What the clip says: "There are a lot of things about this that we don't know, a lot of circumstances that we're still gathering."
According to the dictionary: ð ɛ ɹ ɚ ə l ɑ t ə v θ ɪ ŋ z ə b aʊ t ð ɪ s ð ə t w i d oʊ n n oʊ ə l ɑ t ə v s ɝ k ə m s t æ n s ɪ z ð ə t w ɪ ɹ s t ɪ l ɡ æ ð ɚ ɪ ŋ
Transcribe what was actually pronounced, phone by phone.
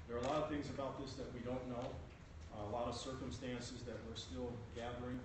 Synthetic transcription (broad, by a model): ð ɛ ɹ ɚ ə l ɑ t ə v θ ɪ ŋ z ə b aʊ t ð ɪ s ð ə t w i d oʊ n n oʊ ə l ɑ t ə v s ɝ k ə m s t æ n s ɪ z ð ə t w ɪ ɹ s t ɪ l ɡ æ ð ɚ ɪ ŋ